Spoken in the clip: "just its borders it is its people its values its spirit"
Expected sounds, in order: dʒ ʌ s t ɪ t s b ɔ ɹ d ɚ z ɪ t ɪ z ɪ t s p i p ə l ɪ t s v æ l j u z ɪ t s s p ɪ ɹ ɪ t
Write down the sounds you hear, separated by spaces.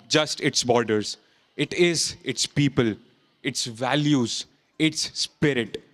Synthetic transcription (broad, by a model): dʒ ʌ s t ɪ t s b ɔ ɹ d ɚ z ɪ t ɪ z ɪ t s p i p ə l ɪ t s v æ l j u z ɪ t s s p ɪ ɹ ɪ t